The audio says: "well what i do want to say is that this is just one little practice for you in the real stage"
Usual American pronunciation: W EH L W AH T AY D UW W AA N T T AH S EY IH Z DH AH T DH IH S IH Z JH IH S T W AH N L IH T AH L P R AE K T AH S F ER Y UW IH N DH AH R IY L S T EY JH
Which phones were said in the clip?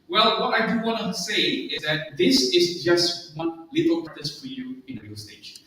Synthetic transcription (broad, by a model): W EH L W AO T AY D UW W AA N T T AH S EY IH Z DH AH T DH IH S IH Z JH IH S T W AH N L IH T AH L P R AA T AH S F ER Y UW IH N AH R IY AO S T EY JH